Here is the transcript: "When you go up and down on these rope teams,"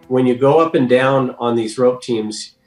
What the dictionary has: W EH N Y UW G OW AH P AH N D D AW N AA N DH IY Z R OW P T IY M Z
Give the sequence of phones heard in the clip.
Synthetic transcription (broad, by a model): W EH N Y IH G OW AH P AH N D D AW N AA N DH IY Z R OW P T IY M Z